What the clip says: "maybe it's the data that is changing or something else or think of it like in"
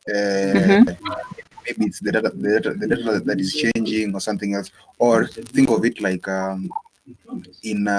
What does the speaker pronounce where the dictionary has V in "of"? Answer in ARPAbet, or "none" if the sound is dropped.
V